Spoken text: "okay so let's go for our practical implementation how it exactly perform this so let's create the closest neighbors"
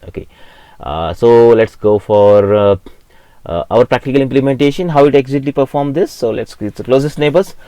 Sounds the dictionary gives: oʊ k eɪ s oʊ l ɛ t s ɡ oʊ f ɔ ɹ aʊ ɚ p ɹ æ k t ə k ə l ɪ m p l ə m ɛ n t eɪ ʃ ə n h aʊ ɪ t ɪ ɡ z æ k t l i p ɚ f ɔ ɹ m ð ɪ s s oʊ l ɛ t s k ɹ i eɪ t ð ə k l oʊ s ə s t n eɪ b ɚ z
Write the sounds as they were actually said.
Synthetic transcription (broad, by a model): oʊ k eɪ s oʊ l ɛ t s ɡ oʊ f ɔ ɹ aʊ ɚ p ɹ æ k t ə k ə l ɪ m p l ə m ɛ n t eɪ ʃ ə n h aʊ ɪ t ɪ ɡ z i t l i p ɚ f ɔ ɹ m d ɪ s s oʊ l ɛ t s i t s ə k l oʊ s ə s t n eɪ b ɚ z